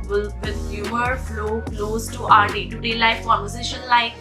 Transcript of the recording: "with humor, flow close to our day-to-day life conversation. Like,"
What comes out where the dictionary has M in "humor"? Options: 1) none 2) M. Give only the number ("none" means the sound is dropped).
1